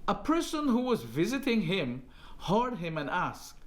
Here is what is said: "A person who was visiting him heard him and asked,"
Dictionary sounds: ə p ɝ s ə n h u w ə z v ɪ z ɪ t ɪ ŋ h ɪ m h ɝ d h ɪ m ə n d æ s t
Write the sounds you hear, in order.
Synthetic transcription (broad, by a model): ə p ɝ s ə n h u w ə z v ɪ z ɪ t ɪ ŋ h ɪ m h ɝ d h ɪ m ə n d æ s